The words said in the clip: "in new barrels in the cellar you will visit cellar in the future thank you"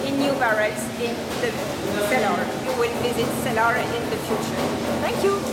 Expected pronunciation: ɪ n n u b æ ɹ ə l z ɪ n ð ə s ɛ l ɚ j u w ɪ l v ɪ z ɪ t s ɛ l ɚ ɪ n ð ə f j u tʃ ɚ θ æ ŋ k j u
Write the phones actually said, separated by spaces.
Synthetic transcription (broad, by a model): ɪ n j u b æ ɹ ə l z ɪ n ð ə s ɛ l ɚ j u w ɪ l b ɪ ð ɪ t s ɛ l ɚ ɪ n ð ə f j u tʃ ɚ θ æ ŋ k j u